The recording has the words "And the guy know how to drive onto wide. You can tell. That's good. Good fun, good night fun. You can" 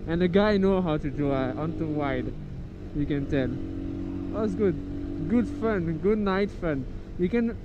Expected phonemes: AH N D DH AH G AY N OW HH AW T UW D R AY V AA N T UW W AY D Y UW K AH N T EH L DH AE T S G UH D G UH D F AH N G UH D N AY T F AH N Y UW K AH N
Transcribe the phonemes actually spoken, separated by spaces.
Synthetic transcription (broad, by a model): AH N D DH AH G AY N OW HH AW T UW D UW AA N T UW W AY D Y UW K AH N T EH L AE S G UH D G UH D F AH N G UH D N AY T F AH N Y UW K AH N